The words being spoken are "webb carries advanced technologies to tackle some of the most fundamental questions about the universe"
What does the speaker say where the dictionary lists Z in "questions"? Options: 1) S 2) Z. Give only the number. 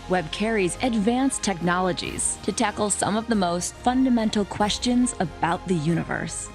2